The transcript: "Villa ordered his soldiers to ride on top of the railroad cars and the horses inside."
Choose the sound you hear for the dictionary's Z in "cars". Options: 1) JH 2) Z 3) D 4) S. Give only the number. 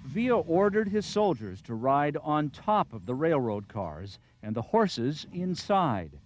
2